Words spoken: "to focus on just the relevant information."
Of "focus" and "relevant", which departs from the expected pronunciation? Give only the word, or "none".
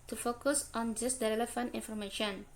relevant